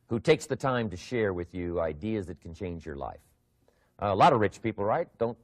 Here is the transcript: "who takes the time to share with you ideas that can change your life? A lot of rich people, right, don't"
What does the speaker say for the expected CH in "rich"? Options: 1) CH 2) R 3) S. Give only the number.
1